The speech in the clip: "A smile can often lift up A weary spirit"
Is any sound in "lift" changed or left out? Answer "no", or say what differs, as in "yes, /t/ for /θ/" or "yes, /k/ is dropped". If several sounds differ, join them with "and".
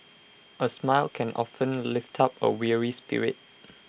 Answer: no